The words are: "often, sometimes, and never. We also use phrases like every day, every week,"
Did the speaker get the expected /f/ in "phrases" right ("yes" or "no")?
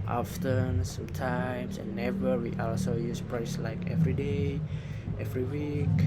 no